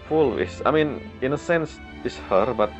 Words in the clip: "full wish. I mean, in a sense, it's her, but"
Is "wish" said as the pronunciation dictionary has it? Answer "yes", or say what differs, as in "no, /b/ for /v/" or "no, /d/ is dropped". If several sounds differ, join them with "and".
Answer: no, /s/ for /ʃ/